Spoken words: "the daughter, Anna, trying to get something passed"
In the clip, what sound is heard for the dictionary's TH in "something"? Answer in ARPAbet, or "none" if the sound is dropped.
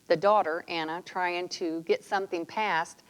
TH